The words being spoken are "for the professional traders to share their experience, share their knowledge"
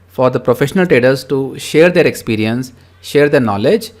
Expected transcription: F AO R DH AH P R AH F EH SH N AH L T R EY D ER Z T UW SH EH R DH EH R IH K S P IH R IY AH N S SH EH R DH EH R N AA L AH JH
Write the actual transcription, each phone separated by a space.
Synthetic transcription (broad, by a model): F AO R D AH P R AH F EH SH N AH L T R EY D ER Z T UW SH EH R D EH R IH K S P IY R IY AH N S SH EH R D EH R N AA L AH JH